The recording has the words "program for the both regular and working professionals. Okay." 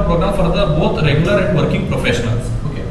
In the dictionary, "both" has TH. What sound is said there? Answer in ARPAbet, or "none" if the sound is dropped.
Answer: T